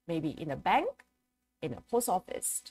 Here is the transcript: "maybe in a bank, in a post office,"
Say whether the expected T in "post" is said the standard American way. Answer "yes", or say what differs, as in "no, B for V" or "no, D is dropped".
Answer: no, T is dropped